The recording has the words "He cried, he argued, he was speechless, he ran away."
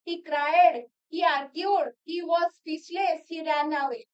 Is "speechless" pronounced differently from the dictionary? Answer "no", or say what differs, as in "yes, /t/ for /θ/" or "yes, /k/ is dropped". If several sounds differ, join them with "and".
yes, /s/ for /tʃ/